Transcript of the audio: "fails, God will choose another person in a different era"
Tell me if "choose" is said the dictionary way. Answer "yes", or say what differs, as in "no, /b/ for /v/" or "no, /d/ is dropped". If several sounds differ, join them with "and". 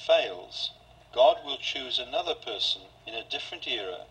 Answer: yes